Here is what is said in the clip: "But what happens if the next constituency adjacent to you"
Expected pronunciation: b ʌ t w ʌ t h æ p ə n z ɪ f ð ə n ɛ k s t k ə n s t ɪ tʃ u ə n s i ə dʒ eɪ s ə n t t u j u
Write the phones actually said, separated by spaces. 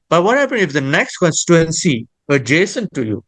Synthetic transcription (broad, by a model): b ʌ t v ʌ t h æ p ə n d ɪ f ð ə n ɛ k s t k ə n s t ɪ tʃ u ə n s i ə dʒ eɪ s ə n t t u j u